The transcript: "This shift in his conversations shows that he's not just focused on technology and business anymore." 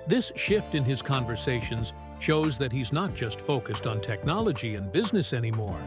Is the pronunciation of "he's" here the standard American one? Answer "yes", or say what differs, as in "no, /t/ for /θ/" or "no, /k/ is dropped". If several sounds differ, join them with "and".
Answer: yes